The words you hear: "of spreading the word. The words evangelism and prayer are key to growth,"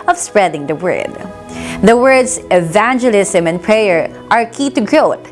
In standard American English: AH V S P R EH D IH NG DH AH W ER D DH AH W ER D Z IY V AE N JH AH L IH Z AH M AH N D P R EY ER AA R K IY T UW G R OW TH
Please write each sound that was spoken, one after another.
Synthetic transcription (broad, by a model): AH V S P R EH D IH NG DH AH W ER D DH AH W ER D S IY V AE N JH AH L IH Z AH M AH N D P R EY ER AA R K IY T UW G R OW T